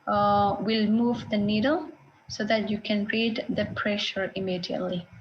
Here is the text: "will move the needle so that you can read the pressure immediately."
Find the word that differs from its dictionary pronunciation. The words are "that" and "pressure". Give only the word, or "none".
none